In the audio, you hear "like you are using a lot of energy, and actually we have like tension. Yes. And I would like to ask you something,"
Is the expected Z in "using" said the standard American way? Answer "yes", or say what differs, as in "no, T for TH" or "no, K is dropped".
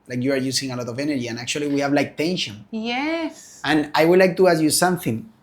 no, S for Z